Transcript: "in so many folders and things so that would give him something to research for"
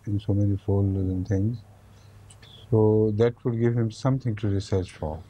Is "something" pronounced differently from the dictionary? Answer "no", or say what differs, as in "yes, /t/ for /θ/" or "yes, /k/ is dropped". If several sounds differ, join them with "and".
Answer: yes, /t/ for /θ/